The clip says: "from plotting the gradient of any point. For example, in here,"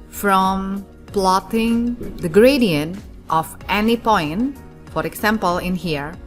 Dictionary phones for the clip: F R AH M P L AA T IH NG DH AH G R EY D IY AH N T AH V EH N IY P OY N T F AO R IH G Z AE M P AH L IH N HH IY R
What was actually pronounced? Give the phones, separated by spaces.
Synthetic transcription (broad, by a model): F R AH M P L AA T IH NG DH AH G R EY D IY AH N T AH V EH N IY P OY N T F AO R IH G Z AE M P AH L IH N HH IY R